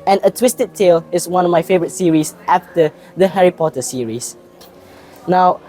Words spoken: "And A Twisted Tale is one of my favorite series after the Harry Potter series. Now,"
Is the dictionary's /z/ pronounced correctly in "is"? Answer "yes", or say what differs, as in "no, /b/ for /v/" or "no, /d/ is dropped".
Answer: no, /s/ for /z/